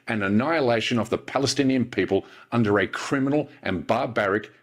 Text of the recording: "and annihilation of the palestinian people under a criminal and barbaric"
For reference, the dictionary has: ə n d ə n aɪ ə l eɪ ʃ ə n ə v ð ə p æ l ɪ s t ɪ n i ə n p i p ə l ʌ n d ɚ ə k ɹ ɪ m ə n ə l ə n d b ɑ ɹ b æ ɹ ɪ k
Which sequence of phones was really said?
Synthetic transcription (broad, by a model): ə n ə n aɪ ə l eɪ ʃ ə n ə v ð ə p æ l ɪ s t ɪ n i ə n p i p ə l ʌ n d ɚ ə k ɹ ɪ m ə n l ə n b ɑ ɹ b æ ɹ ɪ k